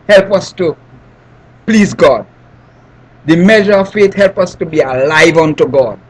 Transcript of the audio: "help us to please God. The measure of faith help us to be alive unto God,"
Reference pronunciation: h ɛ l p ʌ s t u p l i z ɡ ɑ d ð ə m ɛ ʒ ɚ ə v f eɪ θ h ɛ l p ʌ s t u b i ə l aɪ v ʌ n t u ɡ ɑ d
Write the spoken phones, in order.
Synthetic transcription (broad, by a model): h ɛ l p ʌ s t u p l i z ɡ ɑ d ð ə m ɛ ʒ ɚ ə v f eɪ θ h ɛ l p ʌ s t u b i ə l aɪ v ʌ n t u ɡ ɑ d